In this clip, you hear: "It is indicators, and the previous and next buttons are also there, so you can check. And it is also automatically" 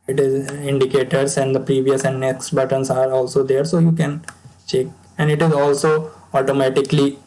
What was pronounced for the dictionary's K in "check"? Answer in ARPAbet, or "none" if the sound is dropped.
K